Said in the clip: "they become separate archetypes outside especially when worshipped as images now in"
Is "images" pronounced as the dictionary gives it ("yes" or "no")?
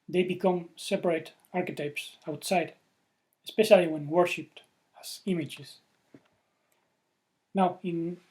no